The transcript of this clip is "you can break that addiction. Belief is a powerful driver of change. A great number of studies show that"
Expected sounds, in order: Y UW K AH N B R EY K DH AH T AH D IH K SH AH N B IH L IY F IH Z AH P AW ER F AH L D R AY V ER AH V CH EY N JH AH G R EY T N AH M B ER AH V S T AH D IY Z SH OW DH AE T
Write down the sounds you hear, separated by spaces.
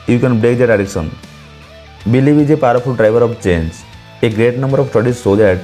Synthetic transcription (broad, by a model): Y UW K AH N B R EY K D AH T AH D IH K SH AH N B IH L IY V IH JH AH P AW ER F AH L D R AY V ER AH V CH EY N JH AH G R EY T N AH M B ER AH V S T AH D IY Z S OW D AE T